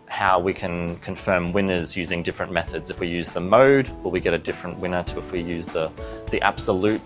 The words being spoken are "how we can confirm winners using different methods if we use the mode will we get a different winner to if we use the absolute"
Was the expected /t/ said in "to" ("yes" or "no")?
yes